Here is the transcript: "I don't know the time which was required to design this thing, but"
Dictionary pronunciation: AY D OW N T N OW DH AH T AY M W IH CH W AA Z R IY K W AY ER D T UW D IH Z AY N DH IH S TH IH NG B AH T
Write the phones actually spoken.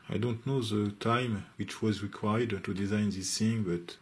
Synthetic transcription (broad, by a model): AY D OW N T N OW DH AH T AY M W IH CH W AA Z R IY K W AY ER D T UW D IH Z AY N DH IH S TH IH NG B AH T